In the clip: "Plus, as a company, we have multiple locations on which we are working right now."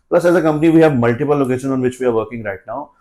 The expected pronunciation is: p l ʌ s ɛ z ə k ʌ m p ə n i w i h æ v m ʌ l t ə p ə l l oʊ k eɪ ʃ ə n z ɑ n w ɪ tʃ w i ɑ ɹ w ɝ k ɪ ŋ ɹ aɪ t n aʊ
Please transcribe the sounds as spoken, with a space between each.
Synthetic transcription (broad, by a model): p l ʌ s ɛ z ə k ʌ m p ə n i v i h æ v m ʌ l t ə p ə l l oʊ k eɪ ʃ ə n ɑ n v ɪ tʃ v i ɑ ɹ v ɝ k ɪ ŋ ɹ aɪ t n aʊ